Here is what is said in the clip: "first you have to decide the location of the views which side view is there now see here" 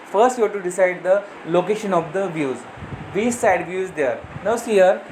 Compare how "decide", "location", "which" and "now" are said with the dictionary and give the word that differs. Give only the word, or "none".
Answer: which